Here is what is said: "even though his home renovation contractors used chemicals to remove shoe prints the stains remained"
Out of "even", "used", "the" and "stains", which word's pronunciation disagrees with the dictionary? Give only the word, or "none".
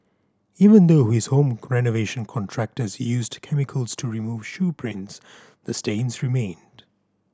none